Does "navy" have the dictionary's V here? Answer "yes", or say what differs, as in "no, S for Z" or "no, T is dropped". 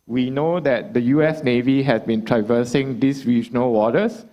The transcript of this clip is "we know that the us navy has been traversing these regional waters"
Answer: yes